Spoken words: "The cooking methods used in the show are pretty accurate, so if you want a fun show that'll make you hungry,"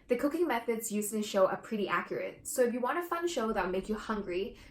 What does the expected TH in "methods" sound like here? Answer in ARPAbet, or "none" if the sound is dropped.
TH